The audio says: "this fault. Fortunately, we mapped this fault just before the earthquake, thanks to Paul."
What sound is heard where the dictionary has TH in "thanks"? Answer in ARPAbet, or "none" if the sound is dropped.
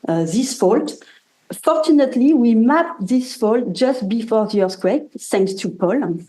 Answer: S